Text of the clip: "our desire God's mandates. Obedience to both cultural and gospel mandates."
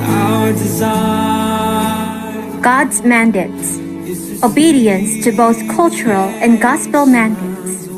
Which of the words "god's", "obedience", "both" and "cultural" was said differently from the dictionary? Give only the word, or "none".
none